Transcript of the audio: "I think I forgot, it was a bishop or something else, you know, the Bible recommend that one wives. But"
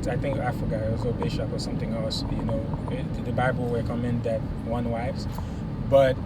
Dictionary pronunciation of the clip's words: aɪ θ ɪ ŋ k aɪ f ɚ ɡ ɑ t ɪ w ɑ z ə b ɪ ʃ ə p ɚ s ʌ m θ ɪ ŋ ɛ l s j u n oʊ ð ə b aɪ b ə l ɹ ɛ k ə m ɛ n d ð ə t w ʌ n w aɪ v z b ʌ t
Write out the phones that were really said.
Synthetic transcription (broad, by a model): aɪ θ ɪ ŋ k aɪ f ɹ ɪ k ɪ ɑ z ə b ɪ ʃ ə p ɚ s ʌ m θ ɪ ŋ ɛ l s j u n oʊ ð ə b aɪ b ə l w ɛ k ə m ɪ n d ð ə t w ʌ n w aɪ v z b ʌ t